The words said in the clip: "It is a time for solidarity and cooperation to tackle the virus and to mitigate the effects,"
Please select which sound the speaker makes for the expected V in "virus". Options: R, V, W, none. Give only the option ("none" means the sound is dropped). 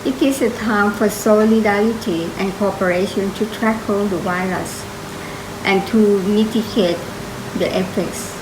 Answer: W